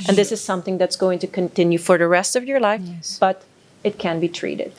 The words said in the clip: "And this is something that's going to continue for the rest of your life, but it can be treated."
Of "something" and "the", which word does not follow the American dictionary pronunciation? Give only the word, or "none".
none